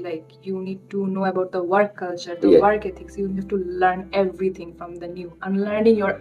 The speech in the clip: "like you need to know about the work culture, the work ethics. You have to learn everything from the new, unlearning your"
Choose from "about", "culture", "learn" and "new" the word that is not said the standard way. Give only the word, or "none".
none